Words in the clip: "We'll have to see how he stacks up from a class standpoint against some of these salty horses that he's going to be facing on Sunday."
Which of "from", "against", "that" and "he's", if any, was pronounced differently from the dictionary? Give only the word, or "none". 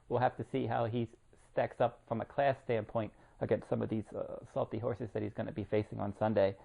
none